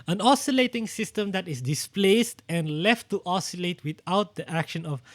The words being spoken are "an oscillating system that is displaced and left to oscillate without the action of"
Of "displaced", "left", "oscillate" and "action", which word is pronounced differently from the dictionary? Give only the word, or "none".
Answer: none